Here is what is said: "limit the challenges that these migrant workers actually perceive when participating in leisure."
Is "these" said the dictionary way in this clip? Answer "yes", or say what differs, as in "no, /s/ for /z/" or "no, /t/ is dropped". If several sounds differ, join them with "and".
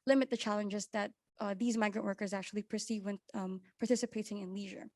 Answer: yes